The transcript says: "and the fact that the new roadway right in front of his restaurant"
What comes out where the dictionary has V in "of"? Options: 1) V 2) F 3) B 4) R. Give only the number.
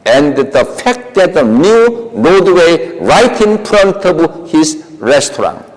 3